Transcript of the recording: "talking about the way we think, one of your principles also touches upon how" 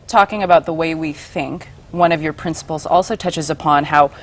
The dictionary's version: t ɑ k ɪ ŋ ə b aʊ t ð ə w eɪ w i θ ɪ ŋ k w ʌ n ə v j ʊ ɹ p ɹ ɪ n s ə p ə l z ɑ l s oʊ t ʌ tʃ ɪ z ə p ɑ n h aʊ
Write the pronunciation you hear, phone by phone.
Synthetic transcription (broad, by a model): t ɑ k ɪ ŋ ə b aʊ t ð ə w eɪ w i θ ɪ ŋ k w ʌ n ə v j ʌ ɹ p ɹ ɪ n s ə p l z ɑ l s oʊ t ʌ tʃ ɪ z ə p ɑ n h aʊ